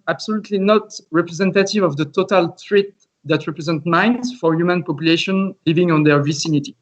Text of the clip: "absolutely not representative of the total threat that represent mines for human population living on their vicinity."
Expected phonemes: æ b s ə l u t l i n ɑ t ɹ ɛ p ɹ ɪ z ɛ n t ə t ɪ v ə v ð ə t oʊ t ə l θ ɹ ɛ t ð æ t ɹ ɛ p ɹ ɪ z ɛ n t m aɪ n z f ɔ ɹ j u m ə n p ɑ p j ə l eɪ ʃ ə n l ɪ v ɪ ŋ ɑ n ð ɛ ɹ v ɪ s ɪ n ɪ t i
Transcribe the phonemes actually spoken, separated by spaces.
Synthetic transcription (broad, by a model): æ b s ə l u t l i n ɑ t ɹ ɛ p ɹ ɪ z ɛ n t ə t ɪ v ə v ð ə t oʊ t ə l t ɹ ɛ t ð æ t ɹ ɛ p ɹ ɪ z ɛ n t m aɪ n z f ɔ ɹ j u m ə n p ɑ p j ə l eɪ ʃ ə n l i v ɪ ŋ ɑ n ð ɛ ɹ v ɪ s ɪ n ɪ t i